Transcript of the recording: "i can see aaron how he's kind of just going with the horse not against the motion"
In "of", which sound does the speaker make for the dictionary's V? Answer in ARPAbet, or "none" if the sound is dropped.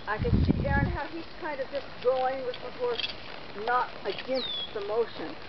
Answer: V